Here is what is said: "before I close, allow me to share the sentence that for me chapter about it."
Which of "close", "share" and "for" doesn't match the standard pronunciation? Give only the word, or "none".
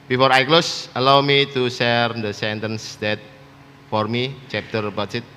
share